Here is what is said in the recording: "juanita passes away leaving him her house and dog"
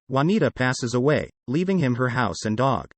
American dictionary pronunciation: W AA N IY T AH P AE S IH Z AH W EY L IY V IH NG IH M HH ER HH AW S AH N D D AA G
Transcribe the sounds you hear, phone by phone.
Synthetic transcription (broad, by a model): W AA N IY T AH P AE S IH Z AH W EY L IY V IH NG IH M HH ER HH AW S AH N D D AA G